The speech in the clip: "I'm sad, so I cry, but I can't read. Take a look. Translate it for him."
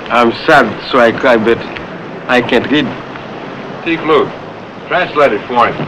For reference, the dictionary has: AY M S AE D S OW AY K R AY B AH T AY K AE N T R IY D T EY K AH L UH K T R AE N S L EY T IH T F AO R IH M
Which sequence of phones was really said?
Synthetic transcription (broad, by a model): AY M S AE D S OW AY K AY B AH T AY K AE N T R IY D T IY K L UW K T R AE N S L EY T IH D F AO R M